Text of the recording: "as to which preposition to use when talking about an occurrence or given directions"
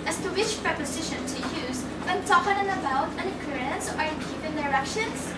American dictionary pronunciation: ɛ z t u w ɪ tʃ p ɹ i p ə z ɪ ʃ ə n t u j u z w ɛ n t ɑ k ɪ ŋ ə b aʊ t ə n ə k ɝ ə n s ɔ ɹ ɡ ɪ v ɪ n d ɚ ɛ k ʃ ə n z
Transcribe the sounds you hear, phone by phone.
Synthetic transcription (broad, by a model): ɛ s t u w ɪ tʃ p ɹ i p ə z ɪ ʃ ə n t u j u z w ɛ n t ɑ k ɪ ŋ ə b aʊ t ə n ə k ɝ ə n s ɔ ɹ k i p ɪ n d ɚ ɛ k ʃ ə n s